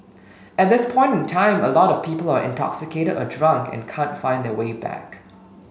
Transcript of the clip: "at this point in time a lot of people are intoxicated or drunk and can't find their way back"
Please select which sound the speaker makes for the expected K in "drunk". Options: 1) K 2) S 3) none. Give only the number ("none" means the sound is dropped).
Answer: 1